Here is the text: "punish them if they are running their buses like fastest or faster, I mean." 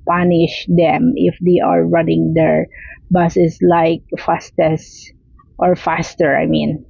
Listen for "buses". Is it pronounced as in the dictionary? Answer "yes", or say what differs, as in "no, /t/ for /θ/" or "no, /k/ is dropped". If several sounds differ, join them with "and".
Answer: no, /s/ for /z/